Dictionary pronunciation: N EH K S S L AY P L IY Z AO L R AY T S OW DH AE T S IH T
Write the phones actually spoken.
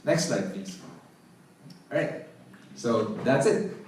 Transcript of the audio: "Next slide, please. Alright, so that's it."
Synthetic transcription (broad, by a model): N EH K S S L AY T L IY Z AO R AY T S OW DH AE T S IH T